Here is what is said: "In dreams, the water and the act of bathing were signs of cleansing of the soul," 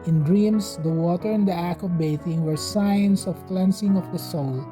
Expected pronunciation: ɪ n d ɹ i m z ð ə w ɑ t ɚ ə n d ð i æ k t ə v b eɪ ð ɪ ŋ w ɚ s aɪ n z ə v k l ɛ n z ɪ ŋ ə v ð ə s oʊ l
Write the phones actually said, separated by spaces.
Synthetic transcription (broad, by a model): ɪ n d ɹ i m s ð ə w ɑ t ɚ ə n d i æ k ə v b eɪ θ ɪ ŋ w ɚ s aɪ n s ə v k l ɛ n s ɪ ŋ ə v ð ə s oʊ l